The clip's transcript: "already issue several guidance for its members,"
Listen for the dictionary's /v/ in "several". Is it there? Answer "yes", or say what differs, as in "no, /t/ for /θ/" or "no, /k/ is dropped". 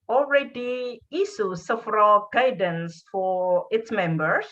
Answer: no, /f/ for /v/